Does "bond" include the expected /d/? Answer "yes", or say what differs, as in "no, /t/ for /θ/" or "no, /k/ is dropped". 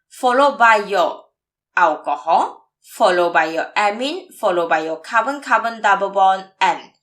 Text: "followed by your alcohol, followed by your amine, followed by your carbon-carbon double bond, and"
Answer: no, /d/ is dropped